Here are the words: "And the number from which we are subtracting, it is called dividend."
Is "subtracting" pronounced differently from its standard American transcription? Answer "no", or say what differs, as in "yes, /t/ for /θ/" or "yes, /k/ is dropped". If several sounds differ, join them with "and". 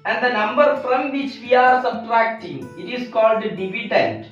no